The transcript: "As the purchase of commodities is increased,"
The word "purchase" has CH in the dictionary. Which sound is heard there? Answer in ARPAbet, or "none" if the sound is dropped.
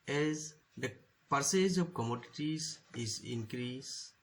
S